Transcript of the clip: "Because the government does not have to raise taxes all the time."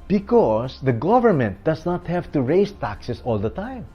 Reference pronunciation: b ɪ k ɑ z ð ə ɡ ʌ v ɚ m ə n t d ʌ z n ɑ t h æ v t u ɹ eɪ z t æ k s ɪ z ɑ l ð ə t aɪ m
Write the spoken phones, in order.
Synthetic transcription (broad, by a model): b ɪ k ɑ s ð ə ɡ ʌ v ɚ m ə n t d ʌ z n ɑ t h æ v t u ɹ eɪ s t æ k s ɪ s ɑ l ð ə t aɪ m